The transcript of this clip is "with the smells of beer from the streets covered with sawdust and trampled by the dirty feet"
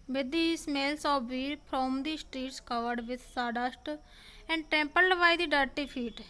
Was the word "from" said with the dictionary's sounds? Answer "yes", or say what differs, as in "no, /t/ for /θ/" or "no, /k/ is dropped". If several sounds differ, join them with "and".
no, /p/ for /f/